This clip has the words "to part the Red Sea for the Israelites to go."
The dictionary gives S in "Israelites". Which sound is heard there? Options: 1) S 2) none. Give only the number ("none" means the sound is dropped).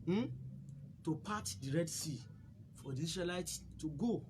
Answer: 2